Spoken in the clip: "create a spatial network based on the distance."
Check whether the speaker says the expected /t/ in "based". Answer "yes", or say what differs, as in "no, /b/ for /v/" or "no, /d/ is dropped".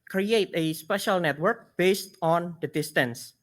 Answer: yes